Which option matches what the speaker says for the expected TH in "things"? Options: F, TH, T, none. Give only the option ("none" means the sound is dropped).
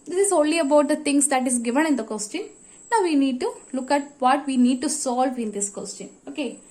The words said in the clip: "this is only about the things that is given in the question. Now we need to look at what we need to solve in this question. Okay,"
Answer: T